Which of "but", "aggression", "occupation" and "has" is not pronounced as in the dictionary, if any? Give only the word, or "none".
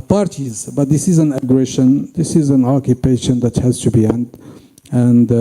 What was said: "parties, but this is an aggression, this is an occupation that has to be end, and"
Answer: none